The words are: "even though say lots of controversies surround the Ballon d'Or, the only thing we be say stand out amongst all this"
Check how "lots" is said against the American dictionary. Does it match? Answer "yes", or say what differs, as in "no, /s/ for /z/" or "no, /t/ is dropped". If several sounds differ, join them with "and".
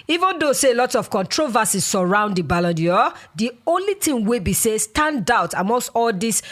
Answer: no, /s/ is dropped